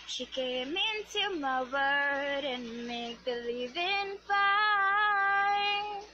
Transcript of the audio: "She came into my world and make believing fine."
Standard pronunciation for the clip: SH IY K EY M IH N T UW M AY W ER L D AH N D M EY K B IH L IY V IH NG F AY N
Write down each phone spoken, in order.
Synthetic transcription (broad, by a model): SH IY K EY M IH N T UW M AY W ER D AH N M EY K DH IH L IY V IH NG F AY